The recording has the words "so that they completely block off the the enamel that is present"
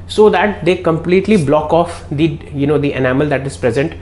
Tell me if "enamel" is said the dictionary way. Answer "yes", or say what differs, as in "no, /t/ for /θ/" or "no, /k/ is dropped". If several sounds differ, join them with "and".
yes